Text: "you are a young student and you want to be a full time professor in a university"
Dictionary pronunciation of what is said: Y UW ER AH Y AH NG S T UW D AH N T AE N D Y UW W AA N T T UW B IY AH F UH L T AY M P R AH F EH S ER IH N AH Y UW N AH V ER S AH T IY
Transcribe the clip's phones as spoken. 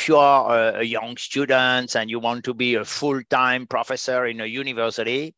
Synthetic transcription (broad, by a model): Y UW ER AH Y AH NG S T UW D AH N T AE N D Y UW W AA N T T UW B IY AH F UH L T AY M P R AH F EH S ER IH N AH Y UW N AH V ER S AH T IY